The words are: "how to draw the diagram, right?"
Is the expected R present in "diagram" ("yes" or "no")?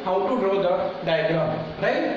no